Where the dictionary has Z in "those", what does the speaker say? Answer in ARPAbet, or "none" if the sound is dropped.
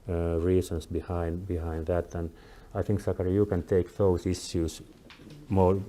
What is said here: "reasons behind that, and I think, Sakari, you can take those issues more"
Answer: S